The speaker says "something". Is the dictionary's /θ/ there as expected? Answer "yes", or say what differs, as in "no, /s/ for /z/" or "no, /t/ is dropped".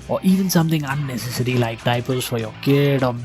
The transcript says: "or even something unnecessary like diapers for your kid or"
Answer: no, /t/ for /θ/